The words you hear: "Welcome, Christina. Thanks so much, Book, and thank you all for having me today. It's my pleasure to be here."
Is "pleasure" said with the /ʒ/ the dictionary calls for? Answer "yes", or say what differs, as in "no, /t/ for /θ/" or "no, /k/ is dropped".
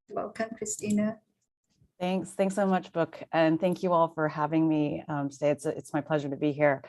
yes